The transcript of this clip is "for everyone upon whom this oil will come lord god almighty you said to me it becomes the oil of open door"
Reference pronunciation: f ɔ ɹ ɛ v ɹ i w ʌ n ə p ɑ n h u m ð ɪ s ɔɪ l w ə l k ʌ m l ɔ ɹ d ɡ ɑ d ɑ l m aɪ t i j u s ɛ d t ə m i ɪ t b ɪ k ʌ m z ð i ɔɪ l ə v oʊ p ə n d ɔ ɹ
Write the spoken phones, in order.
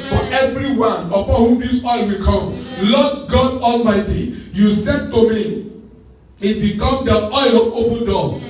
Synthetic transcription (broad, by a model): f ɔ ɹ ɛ v ɹ i w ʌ n ə p ɑ n h u m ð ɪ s ɔɪ l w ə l k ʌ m l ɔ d ɡ ɑ d ɑ l m aɪ t i j u s ɛ d t ə m i ɪ t b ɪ k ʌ m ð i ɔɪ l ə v oʊ p ə n d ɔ